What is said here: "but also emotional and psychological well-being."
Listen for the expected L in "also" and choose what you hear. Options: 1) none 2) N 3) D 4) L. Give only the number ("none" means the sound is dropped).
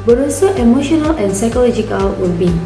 1